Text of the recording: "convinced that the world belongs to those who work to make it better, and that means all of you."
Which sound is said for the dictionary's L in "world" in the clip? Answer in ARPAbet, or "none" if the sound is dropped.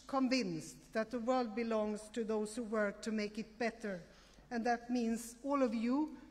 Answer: L